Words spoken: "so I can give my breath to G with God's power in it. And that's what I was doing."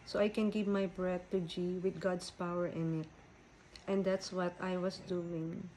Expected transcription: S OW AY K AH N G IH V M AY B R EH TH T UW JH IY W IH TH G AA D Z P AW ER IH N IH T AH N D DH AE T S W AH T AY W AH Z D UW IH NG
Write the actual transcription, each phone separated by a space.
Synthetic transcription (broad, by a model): S OW AY K AH N G IH V M AY B R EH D T UW JH IY W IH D G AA D S P AW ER IH N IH T AH N D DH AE T S W AH T AY W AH S D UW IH NG